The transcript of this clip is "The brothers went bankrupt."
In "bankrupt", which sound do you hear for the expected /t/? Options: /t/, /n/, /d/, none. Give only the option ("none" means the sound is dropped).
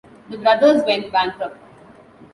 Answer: none